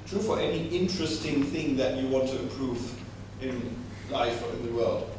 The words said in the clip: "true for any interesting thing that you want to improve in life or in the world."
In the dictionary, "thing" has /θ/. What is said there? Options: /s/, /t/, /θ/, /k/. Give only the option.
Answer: /θ/